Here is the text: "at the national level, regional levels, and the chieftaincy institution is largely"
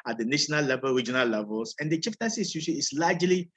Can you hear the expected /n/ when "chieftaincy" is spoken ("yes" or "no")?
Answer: no